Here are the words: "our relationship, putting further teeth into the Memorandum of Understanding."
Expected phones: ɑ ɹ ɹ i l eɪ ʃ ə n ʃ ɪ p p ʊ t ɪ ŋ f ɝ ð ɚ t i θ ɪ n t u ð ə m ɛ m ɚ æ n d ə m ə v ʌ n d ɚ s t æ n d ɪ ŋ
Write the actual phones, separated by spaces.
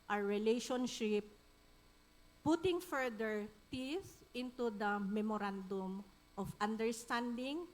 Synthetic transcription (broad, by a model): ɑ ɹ ɹ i l eɪ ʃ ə n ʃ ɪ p p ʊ t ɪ ŋ f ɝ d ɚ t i s ɪ n t u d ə m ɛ m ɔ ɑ n d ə m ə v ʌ n d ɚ s t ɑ n d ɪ ŋ